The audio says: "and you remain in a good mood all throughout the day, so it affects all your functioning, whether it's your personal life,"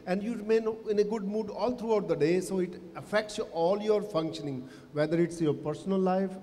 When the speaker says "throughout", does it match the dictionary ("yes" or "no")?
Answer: no